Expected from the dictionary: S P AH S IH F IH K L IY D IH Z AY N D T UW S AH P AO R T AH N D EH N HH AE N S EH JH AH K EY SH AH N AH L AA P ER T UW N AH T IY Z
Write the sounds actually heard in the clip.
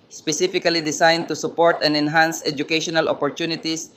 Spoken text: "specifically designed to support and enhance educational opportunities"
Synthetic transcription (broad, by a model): S P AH S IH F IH K L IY D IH S AY N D T UW S AH P AO R T AH N D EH N HH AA N S EH JH AH K EY SH AH N AH L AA P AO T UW N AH T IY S